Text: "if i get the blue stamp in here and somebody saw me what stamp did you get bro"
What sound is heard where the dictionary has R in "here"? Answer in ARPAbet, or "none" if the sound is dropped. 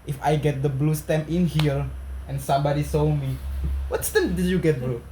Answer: L